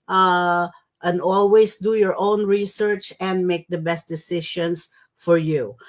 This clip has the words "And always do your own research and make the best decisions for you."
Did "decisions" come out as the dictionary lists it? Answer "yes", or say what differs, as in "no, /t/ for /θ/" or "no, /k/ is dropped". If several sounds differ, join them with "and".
no, /ʃ/ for /ʒ/ and /s/ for /z/